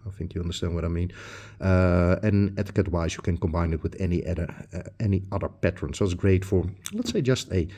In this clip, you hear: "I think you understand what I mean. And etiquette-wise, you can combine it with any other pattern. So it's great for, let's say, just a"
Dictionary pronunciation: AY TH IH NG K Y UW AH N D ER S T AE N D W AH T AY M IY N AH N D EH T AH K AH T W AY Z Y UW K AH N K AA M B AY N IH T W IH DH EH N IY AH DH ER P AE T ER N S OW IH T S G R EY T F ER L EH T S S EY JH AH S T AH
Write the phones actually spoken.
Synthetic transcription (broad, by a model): AY TH IH NG K Y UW AH N D ER S T AE N D W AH T AY M IY N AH N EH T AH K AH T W AY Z Y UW K AH N K AA M B AY N IH T W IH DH EH N IY AH DH ER P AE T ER N S OW IH T S G R EY T F ER L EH T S S EY JH AH S T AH